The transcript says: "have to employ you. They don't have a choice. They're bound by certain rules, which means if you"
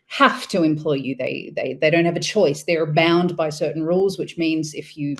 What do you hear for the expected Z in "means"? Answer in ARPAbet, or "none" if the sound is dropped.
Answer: Z